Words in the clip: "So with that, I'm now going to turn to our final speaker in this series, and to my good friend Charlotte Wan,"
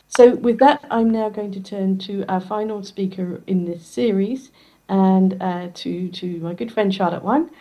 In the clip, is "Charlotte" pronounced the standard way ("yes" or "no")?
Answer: no